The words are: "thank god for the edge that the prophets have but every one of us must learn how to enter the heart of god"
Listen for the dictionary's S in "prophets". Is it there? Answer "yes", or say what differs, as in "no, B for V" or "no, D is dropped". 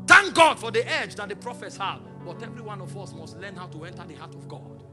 yes